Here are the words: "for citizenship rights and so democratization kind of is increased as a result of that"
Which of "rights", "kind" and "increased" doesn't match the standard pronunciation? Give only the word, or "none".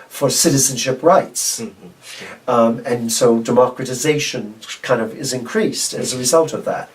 none